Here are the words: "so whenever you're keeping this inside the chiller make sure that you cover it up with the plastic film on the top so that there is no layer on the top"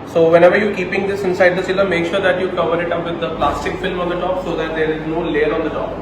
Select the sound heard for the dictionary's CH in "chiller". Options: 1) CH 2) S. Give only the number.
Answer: 2